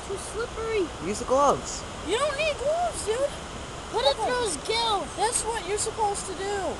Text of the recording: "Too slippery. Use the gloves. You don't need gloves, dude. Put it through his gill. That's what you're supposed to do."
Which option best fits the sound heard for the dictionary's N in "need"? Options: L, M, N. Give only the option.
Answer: N